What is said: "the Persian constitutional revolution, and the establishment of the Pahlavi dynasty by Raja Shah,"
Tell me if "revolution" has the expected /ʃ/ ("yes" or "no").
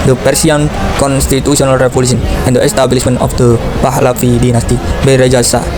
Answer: no